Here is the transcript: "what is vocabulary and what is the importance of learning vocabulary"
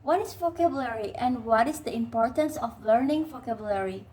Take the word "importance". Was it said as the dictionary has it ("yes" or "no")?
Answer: yes